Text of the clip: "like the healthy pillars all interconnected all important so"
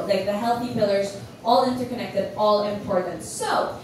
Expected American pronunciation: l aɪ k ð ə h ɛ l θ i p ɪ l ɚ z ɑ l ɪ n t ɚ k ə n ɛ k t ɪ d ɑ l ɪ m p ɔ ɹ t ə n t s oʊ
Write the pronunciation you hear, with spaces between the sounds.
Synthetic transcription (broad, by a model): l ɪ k ð ə h ɛ l θ i p ɪ l ɚ z ɑ l ɪ n t ɚ k ə n ɛ k t ɪ d ɑ l ɪ m p ɔ ɹ t n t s oʊ